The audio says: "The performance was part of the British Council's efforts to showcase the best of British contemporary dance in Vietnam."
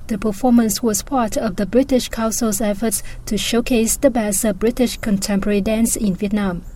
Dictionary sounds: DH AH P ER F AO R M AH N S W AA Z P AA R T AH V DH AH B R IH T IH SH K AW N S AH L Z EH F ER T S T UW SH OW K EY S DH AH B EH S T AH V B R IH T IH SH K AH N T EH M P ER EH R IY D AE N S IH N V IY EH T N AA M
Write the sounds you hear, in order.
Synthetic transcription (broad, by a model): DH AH P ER F AO M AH N S W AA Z P AA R T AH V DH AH B R IH T IH SH K AW N S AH L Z EH F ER T S T UW SH OW K EY S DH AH B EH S AH B R IH T IH SH K AH N T EH M P ER EH R IY D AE N S IH N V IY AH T N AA M